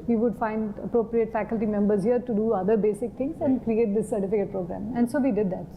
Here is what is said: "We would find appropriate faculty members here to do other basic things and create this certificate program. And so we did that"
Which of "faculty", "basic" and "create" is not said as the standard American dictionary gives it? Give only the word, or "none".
none